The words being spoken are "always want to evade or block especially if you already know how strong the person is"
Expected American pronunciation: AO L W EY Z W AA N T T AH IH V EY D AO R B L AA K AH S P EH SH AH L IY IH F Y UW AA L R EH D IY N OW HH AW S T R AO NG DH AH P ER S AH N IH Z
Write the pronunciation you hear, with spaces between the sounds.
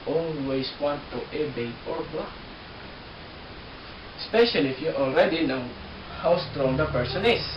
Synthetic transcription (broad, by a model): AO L W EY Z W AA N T T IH B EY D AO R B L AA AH S P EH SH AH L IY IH F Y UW AA L R EH D IY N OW HH AW S T R AO NG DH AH P ER S AH N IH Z